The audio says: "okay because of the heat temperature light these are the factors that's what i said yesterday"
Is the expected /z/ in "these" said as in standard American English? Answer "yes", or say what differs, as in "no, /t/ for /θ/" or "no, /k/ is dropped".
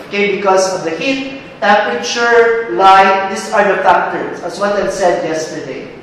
no, /s/ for /z/